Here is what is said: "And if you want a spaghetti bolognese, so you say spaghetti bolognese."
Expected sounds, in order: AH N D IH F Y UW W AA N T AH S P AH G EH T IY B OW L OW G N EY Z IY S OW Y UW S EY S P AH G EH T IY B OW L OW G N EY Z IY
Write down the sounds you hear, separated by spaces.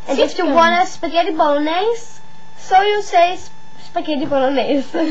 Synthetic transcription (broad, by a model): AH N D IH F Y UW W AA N AH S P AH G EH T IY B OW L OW N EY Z S OW Y UW S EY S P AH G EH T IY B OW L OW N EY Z